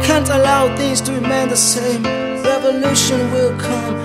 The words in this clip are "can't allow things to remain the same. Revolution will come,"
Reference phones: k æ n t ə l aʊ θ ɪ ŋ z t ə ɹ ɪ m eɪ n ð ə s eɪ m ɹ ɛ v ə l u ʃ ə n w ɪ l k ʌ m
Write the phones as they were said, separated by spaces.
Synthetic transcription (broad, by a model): k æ n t ə l aʊ θ ɪ ŋ z t ə ɹ ɪ m eɪ n ð ə s eɪ m ɹ ɛ v ə l u ʃ ə n w ɪ l k ʌ m